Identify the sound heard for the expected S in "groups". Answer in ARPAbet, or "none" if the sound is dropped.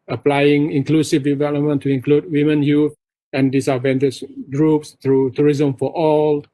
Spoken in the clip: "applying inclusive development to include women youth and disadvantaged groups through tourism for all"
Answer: S